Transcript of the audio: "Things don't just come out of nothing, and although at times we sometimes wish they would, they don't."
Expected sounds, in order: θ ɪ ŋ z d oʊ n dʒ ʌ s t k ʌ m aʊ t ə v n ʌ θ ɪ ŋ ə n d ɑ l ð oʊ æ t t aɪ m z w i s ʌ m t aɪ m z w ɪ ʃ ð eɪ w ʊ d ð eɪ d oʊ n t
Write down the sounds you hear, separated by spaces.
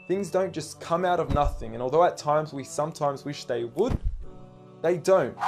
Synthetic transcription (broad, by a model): θ ɪ ŋ z d oʊ n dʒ ʌ s k ʌ m aʊ t ə v n ʌ θ ɪ ŋ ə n ɑ l ð oʊ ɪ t t aɪ m z w i s ʌ m t aɪ m z w ɪ ʃ ð eɪ w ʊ d ð eɪ d oʊ n t